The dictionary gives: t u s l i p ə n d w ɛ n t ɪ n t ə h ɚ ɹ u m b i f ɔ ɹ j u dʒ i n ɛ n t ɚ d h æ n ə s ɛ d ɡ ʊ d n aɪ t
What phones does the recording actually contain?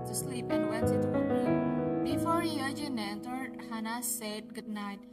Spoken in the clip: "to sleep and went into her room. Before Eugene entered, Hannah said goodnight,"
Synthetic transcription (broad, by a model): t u s l i p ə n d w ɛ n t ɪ t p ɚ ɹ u b i f ɔ ɹ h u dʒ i n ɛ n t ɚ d h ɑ n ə s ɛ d ɡ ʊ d n aɪ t